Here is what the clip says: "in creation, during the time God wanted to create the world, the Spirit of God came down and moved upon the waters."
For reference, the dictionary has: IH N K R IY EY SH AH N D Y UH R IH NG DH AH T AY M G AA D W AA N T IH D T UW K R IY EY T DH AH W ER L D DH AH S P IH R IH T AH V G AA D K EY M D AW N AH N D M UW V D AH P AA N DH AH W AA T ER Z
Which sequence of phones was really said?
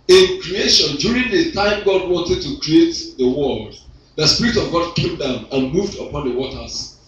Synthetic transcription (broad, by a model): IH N K R IY EY SH AH N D Y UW R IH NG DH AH T AY M G AA D W AA N T IH D T UW K R IY EY T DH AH W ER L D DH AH S P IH R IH T AH V G AA D K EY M D AW N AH N M UW V D AH P AA N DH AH W AA T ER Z